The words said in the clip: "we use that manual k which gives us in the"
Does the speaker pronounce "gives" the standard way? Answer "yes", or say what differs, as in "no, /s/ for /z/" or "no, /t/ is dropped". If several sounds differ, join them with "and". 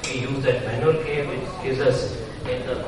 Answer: no, /v/ is dropped